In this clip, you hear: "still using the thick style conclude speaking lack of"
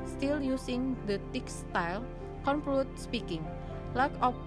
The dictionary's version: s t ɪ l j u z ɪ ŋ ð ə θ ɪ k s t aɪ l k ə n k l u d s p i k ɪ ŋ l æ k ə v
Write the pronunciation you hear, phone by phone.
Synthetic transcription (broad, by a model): s t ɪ l j u s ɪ ŋ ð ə t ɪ k s t aɪ l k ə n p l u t s p i k ɪ ŋ l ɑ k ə